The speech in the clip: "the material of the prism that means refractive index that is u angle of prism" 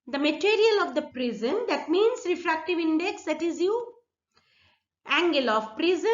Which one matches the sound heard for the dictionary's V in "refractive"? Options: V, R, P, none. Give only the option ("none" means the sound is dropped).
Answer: V